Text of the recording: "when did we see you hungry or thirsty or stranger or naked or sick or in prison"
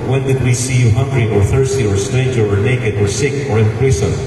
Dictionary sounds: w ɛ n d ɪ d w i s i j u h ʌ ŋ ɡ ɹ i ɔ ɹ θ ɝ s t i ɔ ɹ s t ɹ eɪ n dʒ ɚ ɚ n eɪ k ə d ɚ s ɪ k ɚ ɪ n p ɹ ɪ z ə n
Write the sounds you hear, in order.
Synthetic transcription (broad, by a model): w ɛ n d ɪ d w i s i j u h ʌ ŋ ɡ ɹ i ɔ ɹ θ ɝ s t i ɔ ɹ s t eɪ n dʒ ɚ ɚ n eɪ k ə d ɚ s ɪ k ɚ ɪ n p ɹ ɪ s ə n